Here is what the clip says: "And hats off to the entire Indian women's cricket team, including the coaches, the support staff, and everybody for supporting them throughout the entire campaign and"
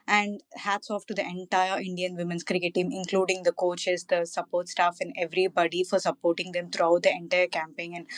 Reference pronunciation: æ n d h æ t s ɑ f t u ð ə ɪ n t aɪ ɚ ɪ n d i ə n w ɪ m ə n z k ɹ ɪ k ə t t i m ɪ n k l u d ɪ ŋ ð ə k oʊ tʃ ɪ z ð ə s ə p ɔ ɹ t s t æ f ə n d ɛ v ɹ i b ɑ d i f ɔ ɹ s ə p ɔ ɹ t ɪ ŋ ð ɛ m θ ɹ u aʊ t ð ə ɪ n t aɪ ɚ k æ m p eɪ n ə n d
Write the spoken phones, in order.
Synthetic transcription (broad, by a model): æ n d h æ t s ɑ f t u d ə ɪ n t aɪ ɚ ɪ n d i ə n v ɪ m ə n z k ɹ ɪ k ə t t i m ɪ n k l u d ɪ ŋ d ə k oʊ tʃ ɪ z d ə s ə p ɔ ɹ t s t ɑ f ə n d ɛ v ɹ i b ɑ d i f ɔ ɹ s ə p ɔ ɹ t ɪ ŋ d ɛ m t ɹ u aʊ t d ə ɪ n t aɪ ɚ k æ m p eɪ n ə n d